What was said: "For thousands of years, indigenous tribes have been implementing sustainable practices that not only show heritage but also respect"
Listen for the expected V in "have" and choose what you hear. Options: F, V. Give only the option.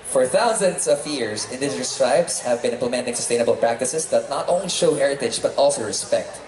V